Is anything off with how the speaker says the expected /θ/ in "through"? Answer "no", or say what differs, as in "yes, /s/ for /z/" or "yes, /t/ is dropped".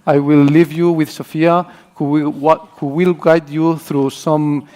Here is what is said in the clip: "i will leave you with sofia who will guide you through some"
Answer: no